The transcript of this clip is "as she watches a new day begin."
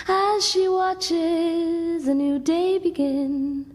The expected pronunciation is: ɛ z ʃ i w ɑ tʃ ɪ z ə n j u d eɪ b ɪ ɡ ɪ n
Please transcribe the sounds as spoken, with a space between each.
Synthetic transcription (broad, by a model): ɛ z ʃ i w ɑ tʃ ɪ z ə n j u d eɪ b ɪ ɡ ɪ n